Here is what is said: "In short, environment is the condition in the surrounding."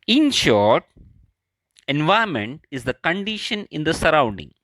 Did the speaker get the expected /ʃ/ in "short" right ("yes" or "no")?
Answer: yes